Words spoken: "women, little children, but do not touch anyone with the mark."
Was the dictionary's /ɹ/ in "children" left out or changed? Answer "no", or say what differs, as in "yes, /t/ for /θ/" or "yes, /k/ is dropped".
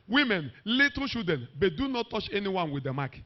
yes, /ɹ/ is dropped